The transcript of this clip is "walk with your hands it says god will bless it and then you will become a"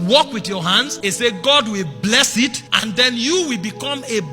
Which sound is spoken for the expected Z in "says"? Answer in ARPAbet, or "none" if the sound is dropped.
none